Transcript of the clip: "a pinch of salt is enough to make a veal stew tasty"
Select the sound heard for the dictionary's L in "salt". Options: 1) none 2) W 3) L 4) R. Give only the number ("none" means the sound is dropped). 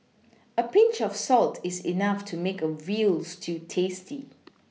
3